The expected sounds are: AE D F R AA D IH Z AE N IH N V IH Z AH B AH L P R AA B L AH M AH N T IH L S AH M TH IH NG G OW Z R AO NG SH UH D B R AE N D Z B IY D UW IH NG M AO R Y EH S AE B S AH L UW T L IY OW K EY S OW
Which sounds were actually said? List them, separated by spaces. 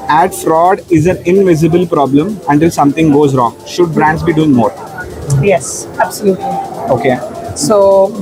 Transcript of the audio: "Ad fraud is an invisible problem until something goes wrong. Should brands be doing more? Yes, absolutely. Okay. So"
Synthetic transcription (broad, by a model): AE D F R AA D IH Z AE N IH N V IH Z AH B AH L P R AA B L AH M AH N T IH L S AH M T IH NG G OW Z R AO NG SH UH D B R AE N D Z B IY D UW IH NG M AO R Y EH S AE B S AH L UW T L IY OW K EY S OW